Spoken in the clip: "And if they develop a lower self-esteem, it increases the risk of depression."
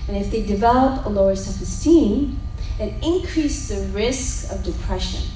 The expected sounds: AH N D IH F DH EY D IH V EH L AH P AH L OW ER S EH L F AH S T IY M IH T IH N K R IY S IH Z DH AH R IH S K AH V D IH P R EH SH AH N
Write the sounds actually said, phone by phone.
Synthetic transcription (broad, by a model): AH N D IH F DH EY D IH V EH L AH P AH L OW ER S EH F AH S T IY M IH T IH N K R IY S DH AH R IH S K AH V D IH P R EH SH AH N